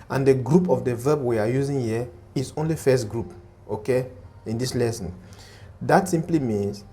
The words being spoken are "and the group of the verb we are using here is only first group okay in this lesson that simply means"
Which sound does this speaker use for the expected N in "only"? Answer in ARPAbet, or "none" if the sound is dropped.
N